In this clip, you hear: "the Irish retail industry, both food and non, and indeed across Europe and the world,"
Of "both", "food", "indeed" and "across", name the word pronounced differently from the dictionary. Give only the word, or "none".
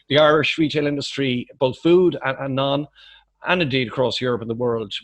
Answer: none